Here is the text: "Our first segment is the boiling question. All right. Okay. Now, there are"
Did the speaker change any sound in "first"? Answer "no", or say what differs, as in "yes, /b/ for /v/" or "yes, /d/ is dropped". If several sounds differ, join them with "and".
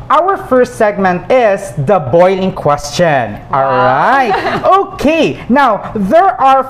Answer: no